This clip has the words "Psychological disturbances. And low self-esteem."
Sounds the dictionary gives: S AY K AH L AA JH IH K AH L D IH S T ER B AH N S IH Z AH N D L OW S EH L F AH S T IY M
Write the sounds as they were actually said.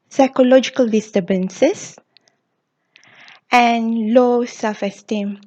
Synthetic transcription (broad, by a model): S AY K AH L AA JH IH K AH L D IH S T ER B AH N S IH S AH N L OW S EH L F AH S T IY M